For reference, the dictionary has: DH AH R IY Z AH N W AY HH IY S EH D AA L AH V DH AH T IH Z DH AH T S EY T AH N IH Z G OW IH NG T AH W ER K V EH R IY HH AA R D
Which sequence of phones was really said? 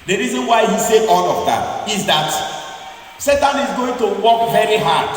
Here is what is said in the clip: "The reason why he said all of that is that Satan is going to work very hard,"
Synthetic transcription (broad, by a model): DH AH R IY Z AH N W AY HH IY S EH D AA L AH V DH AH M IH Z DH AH T S EY T AH N IH Z G OW IH NG T AH W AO K V EH R IY HH AA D